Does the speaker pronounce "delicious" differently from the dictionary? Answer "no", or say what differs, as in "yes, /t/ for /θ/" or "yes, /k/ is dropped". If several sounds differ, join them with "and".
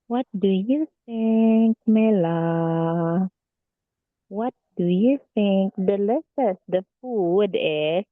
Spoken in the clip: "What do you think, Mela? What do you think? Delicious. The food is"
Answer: yes, /s/ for /ʃ/